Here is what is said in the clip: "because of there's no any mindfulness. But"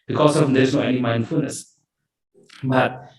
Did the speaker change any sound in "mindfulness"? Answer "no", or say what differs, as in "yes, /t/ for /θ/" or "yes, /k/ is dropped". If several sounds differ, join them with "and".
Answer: no